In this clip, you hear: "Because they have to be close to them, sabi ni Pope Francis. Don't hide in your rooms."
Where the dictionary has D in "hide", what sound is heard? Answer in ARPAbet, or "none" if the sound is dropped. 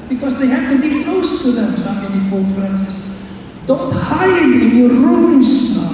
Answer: none